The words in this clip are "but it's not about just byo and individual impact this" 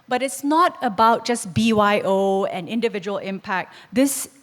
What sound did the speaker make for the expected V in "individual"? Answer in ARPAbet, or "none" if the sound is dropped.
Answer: V